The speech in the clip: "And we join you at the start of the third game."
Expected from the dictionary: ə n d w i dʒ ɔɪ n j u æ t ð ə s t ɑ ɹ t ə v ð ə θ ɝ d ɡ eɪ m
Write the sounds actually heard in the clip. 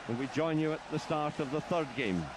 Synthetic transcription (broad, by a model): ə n w i dʒ ɔɪ n j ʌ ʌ t ð ə s t ɑ ɹ t ə v ð ə θ ɝ d ɡ eɪ m